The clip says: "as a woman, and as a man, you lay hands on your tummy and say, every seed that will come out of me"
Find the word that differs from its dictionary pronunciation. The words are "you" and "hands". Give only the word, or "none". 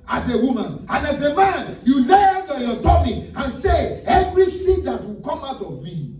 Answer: hands